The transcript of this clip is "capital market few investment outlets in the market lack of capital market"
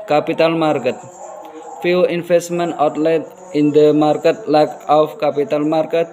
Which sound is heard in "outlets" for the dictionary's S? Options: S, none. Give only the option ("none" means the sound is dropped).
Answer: none